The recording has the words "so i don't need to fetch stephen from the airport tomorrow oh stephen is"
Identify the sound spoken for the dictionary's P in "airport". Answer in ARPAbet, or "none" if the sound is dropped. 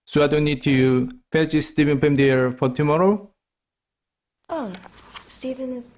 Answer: F